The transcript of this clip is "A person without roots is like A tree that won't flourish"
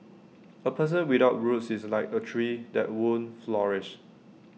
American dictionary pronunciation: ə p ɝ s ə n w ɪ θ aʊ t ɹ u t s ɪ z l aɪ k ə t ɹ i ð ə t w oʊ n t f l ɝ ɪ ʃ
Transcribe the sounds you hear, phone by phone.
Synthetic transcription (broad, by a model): ə p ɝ s ə n w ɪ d aʊ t ɹ u t s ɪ s l aɪ k ə t ɹ i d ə t w oʊ n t f l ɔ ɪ ʃ